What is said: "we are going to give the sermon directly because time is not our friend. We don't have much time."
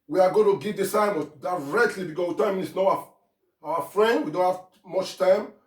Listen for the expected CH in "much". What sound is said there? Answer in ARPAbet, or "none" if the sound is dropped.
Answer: CH